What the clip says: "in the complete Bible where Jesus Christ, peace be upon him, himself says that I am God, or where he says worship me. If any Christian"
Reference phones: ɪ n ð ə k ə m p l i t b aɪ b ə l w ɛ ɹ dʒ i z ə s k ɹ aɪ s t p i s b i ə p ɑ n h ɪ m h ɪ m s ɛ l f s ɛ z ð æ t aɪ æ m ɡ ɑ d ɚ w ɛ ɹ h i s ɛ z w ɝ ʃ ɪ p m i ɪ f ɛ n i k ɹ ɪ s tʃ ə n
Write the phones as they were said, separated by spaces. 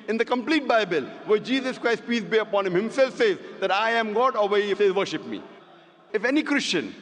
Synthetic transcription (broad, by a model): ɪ n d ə k ə m p l i t b aɪ b ə l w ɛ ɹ dʒ i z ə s k ɹ aɪ s t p i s b i ə p ɑ n h ɪ m h ɪ m s ɛ l f s ɛ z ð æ t aɪ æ m ɡ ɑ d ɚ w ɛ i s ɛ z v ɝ ʃ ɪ p m i ɪ f ɛ n i k ɹ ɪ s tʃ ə n